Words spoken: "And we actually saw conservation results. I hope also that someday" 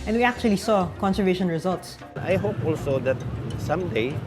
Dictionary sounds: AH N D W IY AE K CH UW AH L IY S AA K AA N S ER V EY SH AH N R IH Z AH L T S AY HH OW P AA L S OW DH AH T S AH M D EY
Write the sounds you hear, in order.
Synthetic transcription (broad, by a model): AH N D W IY AE K CH UW AH L IY S AA K AA N S ER V EY SH AH N R IH Z AH L T S AY HH OW P AA L S OW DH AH T S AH M D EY